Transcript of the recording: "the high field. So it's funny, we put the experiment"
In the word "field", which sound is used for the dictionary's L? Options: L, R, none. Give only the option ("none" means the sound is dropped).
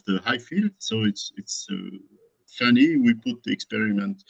L